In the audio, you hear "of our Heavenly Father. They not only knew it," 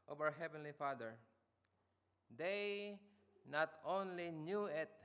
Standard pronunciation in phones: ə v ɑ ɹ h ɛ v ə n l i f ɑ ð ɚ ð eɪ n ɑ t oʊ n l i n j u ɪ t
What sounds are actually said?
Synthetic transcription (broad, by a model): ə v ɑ w h ɛ v ə n l i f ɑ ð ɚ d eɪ n ɑ t oʊ n l i n j u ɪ t